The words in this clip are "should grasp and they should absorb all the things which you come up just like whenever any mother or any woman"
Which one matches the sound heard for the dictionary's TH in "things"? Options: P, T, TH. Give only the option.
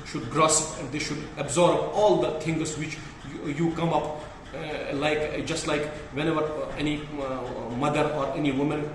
T